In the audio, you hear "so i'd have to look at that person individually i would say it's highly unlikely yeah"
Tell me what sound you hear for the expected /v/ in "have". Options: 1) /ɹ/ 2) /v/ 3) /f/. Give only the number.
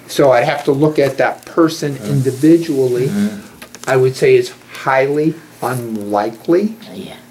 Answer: 3